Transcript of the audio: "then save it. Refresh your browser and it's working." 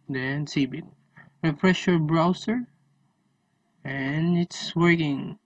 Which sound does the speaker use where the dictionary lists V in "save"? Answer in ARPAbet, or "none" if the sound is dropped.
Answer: B